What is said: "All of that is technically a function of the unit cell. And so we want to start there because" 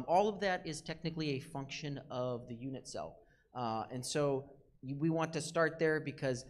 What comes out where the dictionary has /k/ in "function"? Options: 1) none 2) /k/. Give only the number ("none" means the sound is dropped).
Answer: 2